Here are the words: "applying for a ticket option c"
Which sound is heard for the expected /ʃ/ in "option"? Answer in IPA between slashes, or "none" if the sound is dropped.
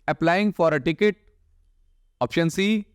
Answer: /ʃ/